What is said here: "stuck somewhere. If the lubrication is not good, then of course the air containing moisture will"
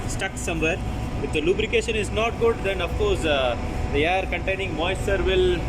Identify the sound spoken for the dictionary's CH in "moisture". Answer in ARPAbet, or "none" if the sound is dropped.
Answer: none